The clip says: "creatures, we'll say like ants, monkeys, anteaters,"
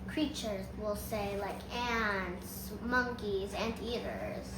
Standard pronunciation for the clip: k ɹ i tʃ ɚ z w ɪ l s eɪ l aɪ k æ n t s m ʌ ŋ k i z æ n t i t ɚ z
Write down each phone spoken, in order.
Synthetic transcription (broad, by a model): k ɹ i tʃ ɚ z w ɪ l s eɪ l aɪ k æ n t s m ʌ ŋ k i z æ n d i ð ɚ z